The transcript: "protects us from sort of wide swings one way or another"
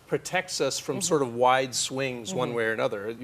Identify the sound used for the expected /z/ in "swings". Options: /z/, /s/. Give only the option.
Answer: /z/